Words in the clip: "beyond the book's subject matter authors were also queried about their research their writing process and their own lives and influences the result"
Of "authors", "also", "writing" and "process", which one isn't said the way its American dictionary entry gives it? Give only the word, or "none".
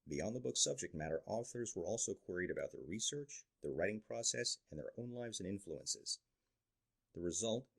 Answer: none